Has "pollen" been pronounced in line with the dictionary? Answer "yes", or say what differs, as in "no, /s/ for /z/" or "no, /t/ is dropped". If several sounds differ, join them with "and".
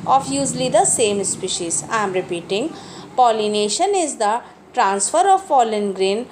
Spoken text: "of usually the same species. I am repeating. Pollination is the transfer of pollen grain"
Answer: no, /f/ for /p/